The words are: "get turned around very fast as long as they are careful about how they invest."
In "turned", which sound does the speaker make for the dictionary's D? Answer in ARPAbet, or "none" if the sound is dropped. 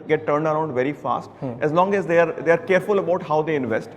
D